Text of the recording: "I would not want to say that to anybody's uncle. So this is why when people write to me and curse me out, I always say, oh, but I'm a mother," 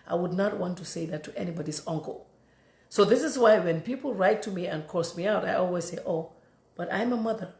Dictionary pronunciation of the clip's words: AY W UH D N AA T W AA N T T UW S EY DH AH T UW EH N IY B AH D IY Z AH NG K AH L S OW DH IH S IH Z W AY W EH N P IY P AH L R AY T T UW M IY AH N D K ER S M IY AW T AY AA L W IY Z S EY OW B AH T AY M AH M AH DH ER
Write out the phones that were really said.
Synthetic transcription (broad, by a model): AY W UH D N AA T W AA N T T UW S EY DH AH T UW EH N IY B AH D IY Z AH NG K AH L S OW DH IH S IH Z W AY W EH N P IY P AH L R AY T T UW M IY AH N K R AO S M IY AW T AY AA L W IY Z S EY OW B AH T AY M AH M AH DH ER